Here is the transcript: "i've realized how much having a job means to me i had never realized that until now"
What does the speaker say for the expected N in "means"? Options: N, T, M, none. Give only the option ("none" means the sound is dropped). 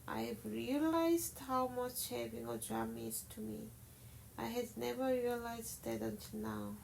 none